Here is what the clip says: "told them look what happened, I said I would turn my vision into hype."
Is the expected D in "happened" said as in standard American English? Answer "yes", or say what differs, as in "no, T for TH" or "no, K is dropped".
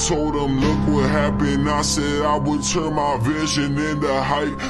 no, D is dropped